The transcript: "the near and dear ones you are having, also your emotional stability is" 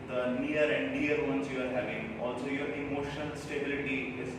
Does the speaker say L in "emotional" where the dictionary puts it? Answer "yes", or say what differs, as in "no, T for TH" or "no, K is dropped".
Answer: no, N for L